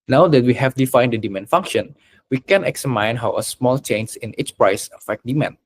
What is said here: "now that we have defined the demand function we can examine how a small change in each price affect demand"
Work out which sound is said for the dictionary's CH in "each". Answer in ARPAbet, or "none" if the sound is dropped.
S